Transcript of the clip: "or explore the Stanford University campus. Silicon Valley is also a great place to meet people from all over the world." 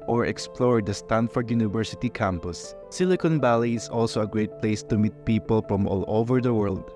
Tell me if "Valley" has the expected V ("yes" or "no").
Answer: no